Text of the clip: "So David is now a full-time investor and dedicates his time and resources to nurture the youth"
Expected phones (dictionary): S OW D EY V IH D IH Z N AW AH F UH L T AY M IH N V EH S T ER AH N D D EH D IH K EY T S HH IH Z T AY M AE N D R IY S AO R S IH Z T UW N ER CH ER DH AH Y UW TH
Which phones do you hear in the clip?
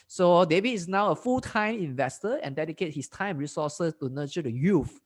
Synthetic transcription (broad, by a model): S OW D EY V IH IH S N AW AH F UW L T AY M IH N V EH S T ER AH N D D EH D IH K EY T HH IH S T AY M R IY S AO S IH S T UW N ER CH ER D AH Y UW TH